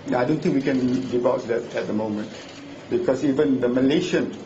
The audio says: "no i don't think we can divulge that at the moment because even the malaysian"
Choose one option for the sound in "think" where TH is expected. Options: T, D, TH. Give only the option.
T